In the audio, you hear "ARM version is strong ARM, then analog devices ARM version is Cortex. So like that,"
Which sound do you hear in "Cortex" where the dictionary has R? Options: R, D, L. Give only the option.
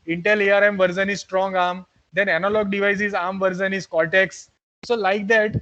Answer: L